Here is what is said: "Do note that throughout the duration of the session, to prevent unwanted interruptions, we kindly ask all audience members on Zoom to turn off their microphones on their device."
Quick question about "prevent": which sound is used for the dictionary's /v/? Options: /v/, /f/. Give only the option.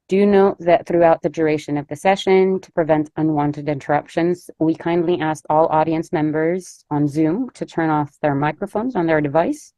/v/